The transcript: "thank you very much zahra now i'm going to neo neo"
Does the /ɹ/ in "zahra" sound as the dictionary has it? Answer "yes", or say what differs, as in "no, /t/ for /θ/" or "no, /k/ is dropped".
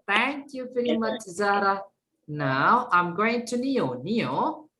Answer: yes